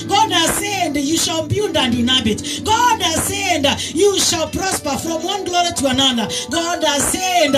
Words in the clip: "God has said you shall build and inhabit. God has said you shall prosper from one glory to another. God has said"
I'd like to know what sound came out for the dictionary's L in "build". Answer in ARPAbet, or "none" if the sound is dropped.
N